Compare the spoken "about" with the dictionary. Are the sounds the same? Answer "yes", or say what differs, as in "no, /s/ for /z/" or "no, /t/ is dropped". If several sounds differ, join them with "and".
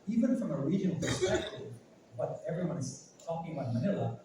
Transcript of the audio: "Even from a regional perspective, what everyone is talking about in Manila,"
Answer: no, /b/ is dropped